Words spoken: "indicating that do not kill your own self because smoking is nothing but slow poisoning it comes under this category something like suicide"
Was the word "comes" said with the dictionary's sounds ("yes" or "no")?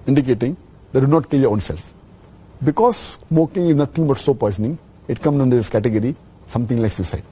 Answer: no